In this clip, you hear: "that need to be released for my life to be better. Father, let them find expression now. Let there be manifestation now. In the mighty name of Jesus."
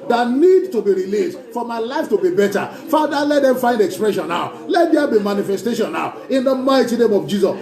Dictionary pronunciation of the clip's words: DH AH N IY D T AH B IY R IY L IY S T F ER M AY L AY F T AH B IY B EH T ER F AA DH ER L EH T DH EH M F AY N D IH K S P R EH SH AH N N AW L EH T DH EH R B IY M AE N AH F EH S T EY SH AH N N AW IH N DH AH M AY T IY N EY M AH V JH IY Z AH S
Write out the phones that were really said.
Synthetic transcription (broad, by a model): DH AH N IY D T AH B IY R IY L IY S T F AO M AY L AY F T AH B IY B EH T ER F AA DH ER L EH T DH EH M F AY N D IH K S P R EH SH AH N N AW L EH T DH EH B IY M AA N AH F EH S T EY SH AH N N AW IH N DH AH M AY T IY N EY M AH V JH IY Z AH S